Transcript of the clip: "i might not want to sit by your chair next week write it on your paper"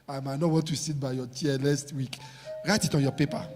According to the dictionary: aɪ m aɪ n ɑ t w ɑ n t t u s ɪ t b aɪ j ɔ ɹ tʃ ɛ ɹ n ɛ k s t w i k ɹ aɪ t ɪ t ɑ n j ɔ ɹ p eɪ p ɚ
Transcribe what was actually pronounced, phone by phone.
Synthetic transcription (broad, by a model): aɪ m aɪ n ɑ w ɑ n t t u s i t b aɪ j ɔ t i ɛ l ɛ s t w i k ɹ aɪ t ɪ t ɑ n j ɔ p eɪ p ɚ